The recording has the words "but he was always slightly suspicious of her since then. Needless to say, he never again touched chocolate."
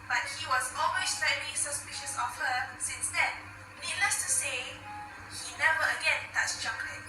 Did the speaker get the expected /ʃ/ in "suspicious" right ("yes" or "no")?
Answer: yes